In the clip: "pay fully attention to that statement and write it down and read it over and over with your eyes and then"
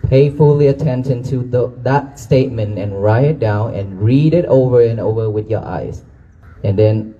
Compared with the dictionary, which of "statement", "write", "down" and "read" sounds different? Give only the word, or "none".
none